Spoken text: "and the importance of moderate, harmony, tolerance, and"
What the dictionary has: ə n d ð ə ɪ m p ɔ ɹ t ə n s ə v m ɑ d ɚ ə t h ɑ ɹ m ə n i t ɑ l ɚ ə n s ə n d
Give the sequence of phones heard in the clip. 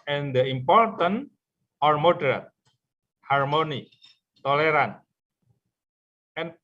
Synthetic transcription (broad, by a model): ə n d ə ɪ m p ɔ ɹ t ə n ə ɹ m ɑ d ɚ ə t h ɑ ɹ m ə n i t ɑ l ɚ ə n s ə n